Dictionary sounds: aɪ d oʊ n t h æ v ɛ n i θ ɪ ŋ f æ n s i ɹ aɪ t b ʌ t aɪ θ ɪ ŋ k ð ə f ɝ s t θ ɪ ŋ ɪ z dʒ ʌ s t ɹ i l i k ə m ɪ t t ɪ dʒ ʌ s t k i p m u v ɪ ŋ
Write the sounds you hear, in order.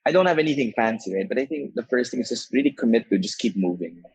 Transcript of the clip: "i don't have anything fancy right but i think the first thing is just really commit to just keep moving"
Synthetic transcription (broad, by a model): aɪ d oʊ n t h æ v ɛ n i θ ɪ ŋ f æ n s i ɹ aɪ t b ʌ t aɪ θ ɪ ŋ k ð ə f ɝ s t θ ɪ ŋ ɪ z dʒ ʌ s t ɹ i l i k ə m ɪ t t ɪ dʒ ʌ s k i p m u v ɪ ŋ